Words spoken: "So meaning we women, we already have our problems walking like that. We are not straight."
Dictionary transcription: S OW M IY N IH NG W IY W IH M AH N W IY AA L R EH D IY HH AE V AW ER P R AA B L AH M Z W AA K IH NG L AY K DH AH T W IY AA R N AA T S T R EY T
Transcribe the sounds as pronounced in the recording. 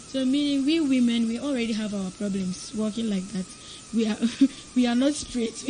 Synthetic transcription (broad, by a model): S OW M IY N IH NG W IY W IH M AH N W IY AA L R EH D IY HH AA V AW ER P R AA B L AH M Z W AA K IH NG L AY K DH AH T W IY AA W N AA T S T R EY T